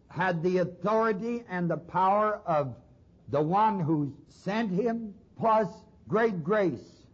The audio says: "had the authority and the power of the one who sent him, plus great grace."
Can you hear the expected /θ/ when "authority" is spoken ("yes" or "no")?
yes